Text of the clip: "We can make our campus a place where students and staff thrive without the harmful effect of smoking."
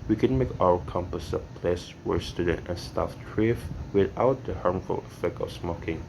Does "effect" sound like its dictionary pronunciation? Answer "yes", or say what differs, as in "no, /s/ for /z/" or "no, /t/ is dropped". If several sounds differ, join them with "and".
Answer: yes